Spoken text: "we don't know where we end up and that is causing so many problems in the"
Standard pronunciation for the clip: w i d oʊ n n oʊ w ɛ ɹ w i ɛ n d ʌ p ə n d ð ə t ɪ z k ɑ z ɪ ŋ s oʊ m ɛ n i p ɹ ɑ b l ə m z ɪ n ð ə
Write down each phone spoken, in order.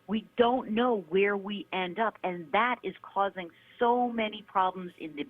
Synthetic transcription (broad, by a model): w i d oʊ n n oʊ w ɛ ɹ w i ɛ n d ʌ p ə n ð ə t ɪ z k ɑ z ɪ ŋ s oʊ m ɛ n i p ɹ ɑ b l ə m z ɪ n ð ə